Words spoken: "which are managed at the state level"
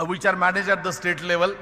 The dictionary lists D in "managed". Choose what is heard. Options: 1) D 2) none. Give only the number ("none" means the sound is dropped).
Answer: 2